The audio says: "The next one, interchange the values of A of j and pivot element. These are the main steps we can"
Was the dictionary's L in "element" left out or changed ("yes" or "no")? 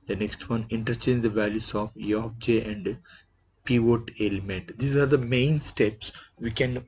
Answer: no